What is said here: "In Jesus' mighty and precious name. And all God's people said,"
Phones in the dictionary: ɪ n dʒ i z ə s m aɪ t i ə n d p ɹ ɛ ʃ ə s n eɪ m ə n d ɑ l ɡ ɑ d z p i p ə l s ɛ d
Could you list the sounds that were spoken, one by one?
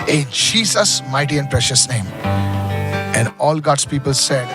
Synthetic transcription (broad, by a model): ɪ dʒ i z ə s m aɪ t i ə n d p ɹ ɛ ʃ ə s n eɪ m ə n d ɑ l ɡ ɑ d s p i p ə l s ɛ d